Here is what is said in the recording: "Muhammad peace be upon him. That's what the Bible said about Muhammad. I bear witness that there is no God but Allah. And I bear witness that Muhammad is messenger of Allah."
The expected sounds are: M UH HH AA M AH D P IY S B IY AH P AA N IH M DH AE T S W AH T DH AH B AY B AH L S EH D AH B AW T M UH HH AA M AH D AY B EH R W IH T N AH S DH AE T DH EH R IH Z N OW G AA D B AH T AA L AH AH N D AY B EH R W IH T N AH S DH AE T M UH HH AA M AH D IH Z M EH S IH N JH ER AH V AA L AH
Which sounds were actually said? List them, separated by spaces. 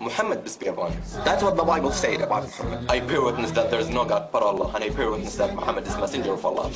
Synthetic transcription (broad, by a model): M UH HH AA M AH D B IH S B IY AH B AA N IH DH AE T S W AH T DH AH B AY B AH L S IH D AH B AW T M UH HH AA M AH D AY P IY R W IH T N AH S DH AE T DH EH R IH Z N OW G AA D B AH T AA L AH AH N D AY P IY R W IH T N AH S DH AE T M UH HH AA M AH D IH Z M EH S IH N JH ER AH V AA L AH